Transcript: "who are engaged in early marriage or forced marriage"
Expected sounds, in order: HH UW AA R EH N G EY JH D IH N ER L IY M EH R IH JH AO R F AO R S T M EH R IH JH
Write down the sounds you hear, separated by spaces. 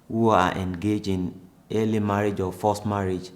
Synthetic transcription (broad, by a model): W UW AA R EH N G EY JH IH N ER L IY M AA R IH JH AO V F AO S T M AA R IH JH